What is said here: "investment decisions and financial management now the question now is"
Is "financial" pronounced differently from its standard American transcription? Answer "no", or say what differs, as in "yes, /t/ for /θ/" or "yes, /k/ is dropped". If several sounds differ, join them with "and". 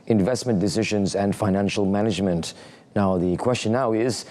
no